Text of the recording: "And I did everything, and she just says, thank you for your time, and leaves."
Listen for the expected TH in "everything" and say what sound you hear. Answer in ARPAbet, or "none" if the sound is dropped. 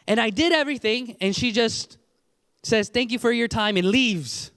TH